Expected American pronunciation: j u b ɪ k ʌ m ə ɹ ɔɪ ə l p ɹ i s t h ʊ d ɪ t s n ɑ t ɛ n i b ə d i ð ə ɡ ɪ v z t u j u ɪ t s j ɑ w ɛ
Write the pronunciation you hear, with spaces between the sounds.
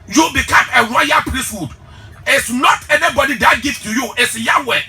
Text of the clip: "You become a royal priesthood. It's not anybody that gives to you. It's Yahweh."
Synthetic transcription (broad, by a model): j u b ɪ k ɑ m ə w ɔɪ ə p ɹ i s t h ʊ d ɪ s n ɑ t ɛ n i b ə d i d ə ɡ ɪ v t u j u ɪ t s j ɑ w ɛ